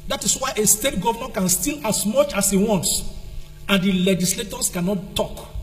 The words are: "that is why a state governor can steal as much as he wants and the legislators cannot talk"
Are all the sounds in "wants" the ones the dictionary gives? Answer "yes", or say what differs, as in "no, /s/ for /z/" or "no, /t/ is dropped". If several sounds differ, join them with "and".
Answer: yes